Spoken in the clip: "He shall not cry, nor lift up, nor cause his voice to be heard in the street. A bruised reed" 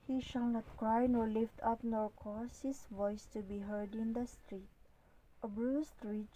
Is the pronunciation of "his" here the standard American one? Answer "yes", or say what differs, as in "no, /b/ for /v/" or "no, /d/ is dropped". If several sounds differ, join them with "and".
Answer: no, /s/ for /z/